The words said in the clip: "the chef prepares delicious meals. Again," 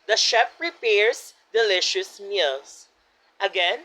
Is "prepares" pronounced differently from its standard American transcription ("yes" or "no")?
yes